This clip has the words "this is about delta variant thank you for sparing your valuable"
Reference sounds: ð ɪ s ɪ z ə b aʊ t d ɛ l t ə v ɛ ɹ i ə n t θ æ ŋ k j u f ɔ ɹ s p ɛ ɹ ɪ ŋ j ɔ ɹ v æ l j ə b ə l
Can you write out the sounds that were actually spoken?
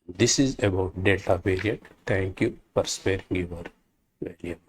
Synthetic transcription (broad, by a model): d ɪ s ɪ z ə b aʊ t d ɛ t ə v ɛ ɹ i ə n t t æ ŋ k j u f ɔ ɹ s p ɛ ɹ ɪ ŋ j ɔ ɹ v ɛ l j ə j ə